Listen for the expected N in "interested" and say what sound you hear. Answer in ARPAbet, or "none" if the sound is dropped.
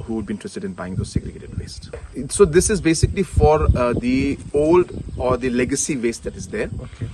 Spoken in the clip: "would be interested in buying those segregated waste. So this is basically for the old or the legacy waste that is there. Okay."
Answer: none